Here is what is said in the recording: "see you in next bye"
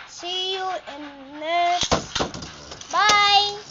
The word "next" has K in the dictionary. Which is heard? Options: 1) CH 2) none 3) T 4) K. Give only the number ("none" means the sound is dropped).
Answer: 2